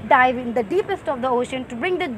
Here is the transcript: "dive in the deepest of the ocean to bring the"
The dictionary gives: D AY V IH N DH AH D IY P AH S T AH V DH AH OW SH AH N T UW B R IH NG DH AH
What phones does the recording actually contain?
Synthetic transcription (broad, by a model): D AY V IH N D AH D IY P AH S T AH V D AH OW SH AH N T UW B R IH NG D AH